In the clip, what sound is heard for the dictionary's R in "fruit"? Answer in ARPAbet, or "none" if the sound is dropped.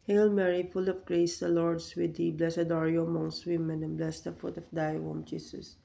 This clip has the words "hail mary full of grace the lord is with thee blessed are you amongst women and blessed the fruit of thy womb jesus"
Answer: none